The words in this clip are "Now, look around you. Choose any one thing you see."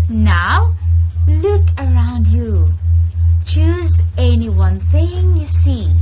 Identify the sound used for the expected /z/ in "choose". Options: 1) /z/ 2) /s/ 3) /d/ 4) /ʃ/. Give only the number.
1